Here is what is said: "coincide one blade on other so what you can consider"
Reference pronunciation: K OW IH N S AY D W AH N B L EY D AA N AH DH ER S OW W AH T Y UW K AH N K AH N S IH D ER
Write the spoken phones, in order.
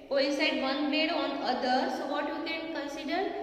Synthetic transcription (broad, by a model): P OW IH S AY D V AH N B EY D AA N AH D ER S OW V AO T Y UW K AH N K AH N S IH D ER